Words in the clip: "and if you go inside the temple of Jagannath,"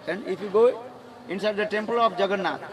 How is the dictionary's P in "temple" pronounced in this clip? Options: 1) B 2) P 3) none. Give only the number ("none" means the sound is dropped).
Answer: 2